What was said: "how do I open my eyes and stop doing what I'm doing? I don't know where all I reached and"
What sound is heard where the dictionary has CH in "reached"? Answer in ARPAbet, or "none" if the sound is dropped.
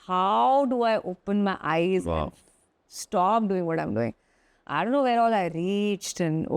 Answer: CH